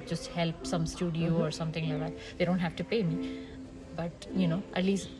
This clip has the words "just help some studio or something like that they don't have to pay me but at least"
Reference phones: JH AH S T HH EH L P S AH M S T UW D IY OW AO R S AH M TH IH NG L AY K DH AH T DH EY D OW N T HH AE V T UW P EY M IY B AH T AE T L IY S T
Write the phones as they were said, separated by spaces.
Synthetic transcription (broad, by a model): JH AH S T HH EH L P S AH M S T UW D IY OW AO R S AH M T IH NG L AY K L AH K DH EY D OW N T HH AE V T UW P EY M IY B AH T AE T L IY S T